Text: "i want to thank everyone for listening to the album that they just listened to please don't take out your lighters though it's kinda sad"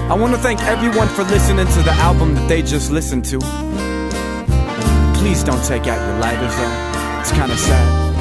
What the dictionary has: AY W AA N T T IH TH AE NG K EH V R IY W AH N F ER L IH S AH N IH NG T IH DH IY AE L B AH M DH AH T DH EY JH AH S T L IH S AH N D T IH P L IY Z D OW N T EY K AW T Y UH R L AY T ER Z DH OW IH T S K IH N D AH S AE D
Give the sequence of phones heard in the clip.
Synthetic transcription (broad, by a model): AY W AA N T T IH TH AE NG K EH V R IY W AH N F ER L IH S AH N IH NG T IH DH IY AE L B AH M DH AH T DH EY JH AH S T L IH S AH N T IH P L IY Z D OW N T EY K AW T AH R L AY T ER Z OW IH T S K IH N D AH S AE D